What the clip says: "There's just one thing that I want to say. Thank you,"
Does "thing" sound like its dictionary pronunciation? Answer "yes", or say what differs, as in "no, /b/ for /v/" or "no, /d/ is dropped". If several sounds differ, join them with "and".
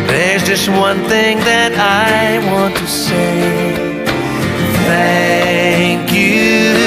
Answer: yes